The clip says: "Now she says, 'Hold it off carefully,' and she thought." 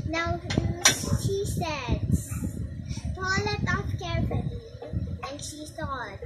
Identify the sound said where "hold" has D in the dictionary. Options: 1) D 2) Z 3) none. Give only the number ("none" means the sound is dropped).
3